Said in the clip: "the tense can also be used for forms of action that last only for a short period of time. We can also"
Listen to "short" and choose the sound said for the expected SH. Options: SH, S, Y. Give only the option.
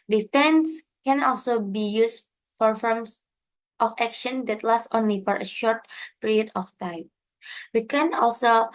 SH